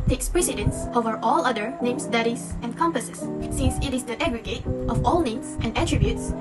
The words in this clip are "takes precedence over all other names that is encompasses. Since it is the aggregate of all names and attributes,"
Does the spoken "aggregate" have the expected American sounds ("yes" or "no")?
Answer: yes